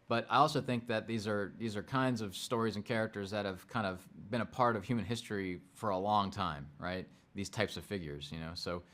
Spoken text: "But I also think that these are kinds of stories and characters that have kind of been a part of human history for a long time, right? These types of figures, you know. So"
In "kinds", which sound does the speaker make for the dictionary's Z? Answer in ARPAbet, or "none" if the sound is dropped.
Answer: Z